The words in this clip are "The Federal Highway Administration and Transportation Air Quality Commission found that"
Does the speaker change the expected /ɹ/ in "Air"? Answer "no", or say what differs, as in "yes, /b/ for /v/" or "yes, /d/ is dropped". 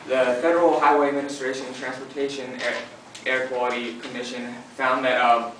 no